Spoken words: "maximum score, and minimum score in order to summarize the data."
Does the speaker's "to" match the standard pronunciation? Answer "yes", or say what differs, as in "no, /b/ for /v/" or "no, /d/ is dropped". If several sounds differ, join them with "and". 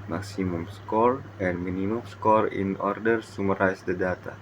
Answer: no, /s/ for /t/